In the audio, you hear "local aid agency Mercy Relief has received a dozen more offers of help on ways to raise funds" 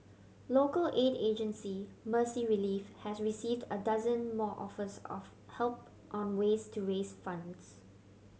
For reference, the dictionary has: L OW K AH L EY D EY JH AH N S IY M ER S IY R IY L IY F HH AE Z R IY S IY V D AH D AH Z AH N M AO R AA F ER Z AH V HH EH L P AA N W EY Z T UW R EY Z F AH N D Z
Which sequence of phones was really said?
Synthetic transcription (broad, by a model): L OW K AH L EY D EY JH AH N S IY M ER S IY R IY L IY F HH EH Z R IY S IY V D AH D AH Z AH N M AO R AA F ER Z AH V HH EH L P AA N W EY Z T UW R EY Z F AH N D S